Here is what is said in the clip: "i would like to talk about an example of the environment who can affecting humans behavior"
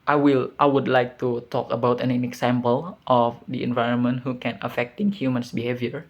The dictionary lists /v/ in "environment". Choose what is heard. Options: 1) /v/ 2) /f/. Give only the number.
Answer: 1